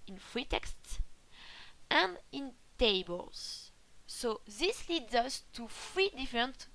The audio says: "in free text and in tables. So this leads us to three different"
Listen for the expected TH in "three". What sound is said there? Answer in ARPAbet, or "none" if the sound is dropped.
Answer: F